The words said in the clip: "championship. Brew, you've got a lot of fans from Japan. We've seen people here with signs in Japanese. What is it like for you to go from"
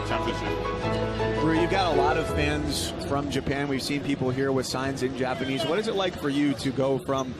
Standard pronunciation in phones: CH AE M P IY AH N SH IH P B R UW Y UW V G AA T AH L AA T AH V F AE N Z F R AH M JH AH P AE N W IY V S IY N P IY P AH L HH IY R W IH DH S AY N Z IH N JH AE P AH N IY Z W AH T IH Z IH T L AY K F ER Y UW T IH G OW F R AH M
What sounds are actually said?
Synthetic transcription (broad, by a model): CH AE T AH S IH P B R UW Y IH V G AA T AH L AA T AH V F AE N Z F R AH M JH AH P AE N W IY V S IY N P IY P L HH IY R W IH DH S AY N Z IH N JH AE P AH N IY Z W AH T IH Z IH T L AY K F ER Y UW T IH G OW F R AH M